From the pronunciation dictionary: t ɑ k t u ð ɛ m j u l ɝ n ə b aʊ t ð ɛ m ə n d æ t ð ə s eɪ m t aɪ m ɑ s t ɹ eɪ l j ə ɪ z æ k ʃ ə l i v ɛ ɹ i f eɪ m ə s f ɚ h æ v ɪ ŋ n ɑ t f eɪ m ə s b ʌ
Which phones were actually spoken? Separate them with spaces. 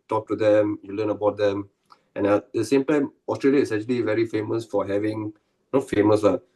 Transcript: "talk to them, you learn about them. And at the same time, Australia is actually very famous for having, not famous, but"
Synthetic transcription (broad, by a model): t ɑ k t u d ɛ m j u l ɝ n ə b aʊ t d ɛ m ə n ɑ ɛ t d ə s eɪ m t aɪ m ɑ s t ɹ eɪ l j ə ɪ s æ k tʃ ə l i v ɛ ɹ i f eɪ m ə s f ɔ h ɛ v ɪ ŋ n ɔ f eɪ m ə s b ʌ